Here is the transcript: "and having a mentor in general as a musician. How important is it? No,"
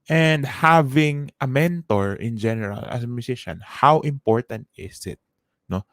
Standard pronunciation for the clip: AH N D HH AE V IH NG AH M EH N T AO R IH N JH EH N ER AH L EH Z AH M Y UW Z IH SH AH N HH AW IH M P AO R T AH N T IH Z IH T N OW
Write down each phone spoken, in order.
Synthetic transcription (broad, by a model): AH N D HH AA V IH NG AH M EH N T AO R IH N JH EH N ER AH L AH S AH M Y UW S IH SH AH N HH AW IH M P AO R T AH N T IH S IH T N OW